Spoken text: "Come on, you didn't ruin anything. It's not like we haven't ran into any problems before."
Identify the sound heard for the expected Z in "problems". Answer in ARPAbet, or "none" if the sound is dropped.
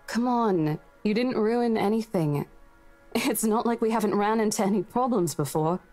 Z